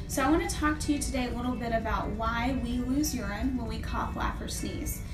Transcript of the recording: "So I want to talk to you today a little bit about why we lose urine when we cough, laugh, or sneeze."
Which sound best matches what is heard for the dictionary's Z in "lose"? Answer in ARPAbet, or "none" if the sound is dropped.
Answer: Z